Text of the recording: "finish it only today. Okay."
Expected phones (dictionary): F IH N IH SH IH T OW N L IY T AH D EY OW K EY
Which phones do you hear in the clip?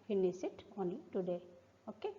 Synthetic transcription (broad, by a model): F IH N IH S IH T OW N IY T AH D EY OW K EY